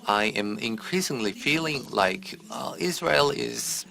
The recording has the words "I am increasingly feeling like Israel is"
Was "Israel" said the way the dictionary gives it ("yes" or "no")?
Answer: yes